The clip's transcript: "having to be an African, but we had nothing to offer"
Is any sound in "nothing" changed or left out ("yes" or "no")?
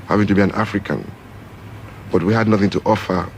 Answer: no